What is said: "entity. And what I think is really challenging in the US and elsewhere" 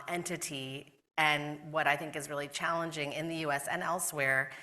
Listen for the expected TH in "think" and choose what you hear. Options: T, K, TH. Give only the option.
TH